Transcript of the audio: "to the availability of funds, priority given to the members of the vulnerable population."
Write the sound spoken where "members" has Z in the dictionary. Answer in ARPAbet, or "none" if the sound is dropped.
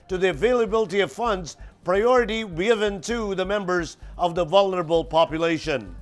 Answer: Z